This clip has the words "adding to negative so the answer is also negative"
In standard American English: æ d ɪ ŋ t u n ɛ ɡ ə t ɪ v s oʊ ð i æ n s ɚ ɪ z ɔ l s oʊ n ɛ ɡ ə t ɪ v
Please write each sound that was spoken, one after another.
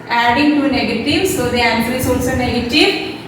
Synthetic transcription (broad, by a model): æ d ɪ ŋ t u n ɛ ɡ ə t ɪ v s oʊ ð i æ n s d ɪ s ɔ s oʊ n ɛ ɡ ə t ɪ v